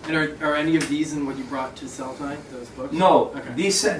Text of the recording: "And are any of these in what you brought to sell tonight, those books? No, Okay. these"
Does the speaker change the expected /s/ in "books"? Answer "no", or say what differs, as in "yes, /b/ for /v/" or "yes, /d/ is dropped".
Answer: yes, /s/ is dropped